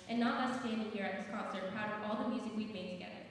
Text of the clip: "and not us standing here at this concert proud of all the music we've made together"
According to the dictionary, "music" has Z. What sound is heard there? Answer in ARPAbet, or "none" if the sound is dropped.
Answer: Z